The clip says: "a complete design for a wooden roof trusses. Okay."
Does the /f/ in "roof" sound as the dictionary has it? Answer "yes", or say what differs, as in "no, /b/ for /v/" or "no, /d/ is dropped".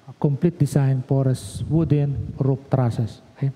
no, /p/ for /f/